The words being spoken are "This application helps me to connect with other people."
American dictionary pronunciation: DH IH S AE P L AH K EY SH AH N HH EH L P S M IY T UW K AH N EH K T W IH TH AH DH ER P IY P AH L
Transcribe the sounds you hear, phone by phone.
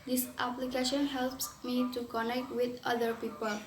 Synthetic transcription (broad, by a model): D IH S AE P L AH K EY SH AH N HH EH L P S M IY T UW K AH N EH K T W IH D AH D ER P IY P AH L